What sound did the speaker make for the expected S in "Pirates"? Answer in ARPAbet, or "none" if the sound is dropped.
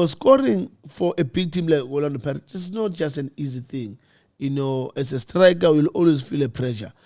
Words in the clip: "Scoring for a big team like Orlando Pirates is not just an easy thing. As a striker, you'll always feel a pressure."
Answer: none